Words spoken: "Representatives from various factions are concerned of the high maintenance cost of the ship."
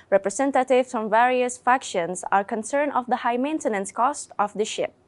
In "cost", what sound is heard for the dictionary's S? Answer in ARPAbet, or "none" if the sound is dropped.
S